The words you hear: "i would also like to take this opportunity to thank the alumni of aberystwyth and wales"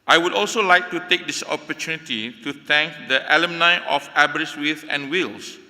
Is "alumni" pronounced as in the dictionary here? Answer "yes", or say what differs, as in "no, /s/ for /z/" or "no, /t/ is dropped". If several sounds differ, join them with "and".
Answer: yes